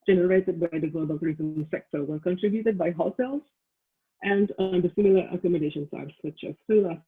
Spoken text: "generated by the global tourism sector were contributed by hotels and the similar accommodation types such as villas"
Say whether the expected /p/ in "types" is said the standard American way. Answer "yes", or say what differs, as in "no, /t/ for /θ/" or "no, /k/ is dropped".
no, /p/ is dropped